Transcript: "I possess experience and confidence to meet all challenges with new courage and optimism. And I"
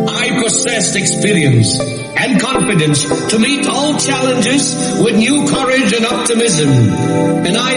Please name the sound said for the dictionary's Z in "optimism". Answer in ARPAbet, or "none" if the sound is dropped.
Z